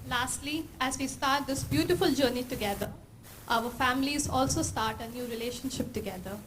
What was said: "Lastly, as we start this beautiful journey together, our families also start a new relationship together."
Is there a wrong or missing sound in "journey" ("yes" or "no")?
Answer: no